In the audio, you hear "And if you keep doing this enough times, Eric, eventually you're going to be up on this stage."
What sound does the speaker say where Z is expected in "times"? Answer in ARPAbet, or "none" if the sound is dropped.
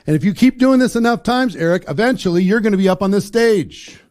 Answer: Z